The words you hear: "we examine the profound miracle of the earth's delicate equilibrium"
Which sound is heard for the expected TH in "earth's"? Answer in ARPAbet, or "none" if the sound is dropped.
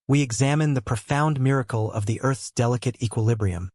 TH